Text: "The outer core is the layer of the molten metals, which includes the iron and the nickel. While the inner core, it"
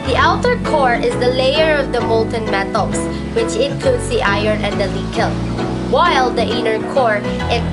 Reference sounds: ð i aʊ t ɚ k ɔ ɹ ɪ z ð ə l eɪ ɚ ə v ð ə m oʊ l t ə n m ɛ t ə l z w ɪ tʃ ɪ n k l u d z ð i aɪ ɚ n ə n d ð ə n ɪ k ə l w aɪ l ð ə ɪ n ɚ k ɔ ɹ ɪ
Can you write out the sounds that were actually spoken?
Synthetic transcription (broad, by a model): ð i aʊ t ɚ k ɔ ɹ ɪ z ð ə l eɪ ɚ ə v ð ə m oʊ l t ə n m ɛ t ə l s w ɪ tʃ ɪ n k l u d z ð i aɪ ɚ n ə n d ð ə l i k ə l w aɪ l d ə ɪ n ɚ k ɔ ɹ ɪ